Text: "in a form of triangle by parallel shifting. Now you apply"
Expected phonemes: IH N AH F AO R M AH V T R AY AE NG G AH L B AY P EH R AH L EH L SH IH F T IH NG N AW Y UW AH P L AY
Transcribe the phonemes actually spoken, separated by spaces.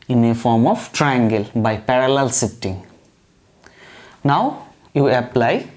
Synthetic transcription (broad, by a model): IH N AH F AO R M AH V T R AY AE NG G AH L B AY P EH R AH L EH L S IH T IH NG N AW Y UW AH P L AY